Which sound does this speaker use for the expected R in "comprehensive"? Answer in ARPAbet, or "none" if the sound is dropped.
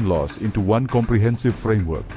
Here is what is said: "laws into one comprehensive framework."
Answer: R